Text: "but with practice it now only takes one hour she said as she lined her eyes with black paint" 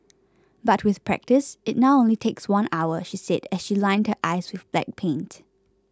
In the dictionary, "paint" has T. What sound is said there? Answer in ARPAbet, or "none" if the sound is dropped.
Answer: T